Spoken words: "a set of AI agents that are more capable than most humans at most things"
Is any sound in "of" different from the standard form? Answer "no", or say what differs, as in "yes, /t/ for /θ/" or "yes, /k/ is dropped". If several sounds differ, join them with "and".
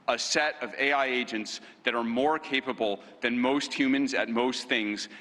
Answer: no